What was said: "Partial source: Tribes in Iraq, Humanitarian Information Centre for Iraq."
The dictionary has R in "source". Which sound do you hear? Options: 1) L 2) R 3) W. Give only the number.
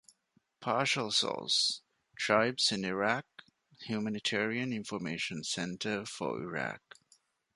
1